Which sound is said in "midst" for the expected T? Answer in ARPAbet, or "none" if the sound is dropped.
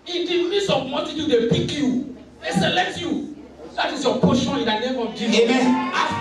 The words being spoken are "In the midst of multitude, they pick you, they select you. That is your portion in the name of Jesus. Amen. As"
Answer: none